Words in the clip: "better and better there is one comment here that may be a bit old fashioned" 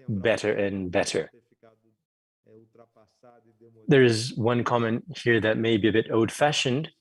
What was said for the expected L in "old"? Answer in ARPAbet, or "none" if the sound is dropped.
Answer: none